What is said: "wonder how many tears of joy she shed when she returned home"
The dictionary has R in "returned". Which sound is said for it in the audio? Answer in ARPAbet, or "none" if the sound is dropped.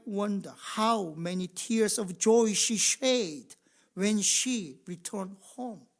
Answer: R